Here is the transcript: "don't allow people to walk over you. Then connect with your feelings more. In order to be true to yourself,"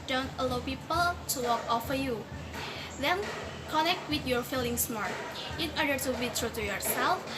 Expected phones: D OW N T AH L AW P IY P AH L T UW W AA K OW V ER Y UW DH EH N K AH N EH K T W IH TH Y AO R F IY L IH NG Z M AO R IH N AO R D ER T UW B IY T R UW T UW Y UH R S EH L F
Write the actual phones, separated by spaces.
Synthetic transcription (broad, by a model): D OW N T AH L AW P IY P AH L T UW W AA K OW F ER Y UW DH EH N K AH N EH K T W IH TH Y AO R F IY L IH NG S M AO R IH N AO R D ER T UW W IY T R UW T UW Y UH R S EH L F